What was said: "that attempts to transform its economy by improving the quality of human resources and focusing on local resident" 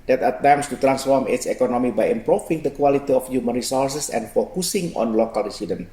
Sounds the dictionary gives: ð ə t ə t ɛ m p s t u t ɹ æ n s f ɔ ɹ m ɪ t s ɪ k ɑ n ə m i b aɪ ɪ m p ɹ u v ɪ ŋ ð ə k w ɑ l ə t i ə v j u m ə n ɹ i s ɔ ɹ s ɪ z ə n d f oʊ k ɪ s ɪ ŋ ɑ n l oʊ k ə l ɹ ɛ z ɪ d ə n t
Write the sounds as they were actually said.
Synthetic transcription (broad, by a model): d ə t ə t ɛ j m s t u t ɹ æ n s f ɔ ɹ m ɪ t s ɪ k ɑ n ə m i b aɪ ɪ m p ɹ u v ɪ ŋ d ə k w ɑ l ə t i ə f j u m ə n ɹ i s ɔ ɹ s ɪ s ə n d f oʊ k ɪ s ɪ ŋ ɑ n l oʊ k ə l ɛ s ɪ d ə n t